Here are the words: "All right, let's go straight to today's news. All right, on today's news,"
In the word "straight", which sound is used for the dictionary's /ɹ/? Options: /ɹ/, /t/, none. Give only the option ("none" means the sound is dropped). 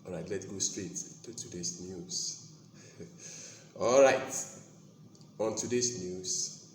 /ɹ/